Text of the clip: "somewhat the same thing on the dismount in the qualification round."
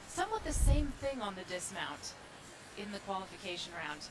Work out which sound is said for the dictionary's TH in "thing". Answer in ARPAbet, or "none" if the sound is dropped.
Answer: TH